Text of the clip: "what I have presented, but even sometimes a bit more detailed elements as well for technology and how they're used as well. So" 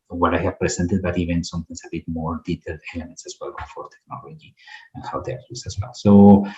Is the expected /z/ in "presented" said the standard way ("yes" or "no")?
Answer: no